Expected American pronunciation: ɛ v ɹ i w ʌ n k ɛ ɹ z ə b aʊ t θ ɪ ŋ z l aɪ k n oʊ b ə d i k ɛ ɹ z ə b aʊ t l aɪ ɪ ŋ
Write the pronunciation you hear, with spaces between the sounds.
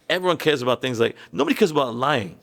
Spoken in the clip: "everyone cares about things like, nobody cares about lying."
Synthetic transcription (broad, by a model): ɛ v ɹ i w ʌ n k ɛ ɹ z ə b aʊ t θ ɪ ŋ z l aɪ k n oʊ b ə d i k ɛ ɹ z ə b aʊ t l aɪ ɪ ŋ